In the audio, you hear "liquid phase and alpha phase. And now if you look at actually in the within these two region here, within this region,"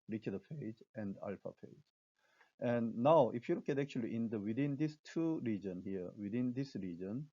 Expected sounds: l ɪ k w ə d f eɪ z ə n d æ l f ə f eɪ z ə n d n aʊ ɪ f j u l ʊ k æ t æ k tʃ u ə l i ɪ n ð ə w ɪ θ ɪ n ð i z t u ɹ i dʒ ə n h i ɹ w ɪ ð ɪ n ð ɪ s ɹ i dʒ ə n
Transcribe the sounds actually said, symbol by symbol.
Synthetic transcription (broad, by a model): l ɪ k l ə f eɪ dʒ ə n d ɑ l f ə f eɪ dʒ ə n n aʊ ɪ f j u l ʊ k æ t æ k tʃ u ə l i ɪ n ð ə w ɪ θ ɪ n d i s t u ɹ i dʒ ə n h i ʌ w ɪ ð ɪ n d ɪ s ɹ i dʒ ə n